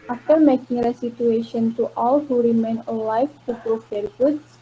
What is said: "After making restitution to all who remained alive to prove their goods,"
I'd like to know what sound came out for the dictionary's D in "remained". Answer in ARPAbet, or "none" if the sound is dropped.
none